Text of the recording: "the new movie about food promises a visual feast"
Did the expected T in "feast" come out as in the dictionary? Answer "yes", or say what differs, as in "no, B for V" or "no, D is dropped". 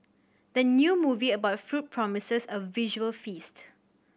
yes